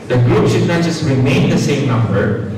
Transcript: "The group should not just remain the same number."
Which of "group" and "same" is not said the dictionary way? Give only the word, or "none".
none